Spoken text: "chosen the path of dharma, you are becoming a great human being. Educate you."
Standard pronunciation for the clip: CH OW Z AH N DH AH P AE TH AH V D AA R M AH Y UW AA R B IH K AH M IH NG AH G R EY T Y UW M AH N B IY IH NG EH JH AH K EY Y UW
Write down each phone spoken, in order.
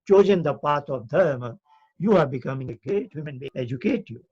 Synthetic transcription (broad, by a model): CH OW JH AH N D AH P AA T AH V D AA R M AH Y UW AA R B IH K AH M IH NG AH G R EY T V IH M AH N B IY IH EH JH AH K EY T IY